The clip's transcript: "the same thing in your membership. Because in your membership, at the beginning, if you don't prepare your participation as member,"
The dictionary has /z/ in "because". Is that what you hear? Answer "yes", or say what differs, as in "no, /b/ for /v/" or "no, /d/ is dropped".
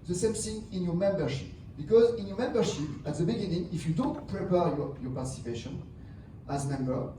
yes